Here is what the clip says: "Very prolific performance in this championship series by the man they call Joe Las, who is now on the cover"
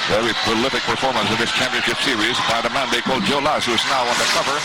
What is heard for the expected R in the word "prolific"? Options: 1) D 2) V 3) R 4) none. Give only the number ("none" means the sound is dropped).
4